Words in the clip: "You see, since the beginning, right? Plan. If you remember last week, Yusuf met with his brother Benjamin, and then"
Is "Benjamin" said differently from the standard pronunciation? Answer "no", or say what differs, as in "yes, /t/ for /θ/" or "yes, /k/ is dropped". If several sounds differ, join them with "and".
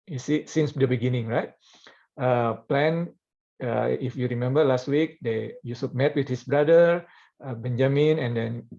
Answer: no